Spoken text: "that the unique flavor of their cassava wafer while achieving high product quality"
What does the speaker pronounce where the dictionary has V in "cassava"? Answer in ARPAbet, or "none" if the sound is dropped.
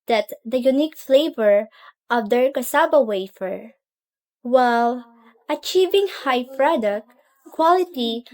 B